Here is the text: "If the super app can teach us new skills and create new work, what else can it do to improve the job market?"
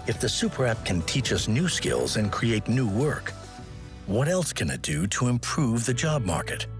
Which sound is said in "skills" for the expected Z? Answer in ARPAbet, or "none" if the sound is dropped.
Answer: Z